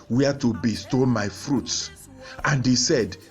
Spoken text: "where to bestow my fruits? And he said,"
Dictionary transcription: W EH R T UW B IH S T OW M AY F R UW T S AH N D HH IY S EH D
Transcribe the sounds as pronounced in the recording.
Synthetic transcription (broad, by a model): W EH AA T UW B IH S T OW M AY F R UW T S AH N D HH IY S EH D